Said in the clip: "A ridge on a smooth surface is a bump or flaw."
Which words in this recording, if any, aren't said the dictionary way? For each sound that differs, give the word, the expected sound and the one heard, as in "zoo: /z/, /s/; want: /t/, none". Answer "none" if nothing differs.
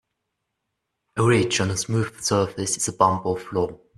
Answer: bump: /p/, /b/